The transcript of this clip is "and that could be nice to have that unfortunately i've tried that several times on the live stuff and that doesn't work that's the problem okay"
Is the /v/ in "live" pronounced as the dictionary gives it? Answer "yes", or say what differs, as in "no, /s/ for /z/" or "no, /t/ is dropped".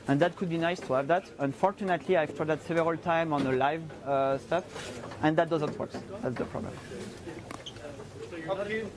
yes